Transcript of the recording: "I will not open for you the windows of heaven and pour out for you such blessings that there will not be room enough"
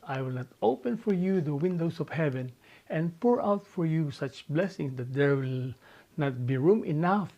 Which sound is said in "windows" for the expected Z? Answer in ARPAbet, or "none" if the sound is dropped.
S